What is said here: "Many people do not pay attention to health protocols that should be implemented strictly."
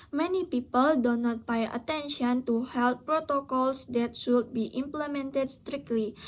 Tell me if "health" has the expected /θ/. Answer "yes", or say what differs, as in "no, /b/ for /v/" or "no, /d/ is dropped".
no, /t/ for /θ/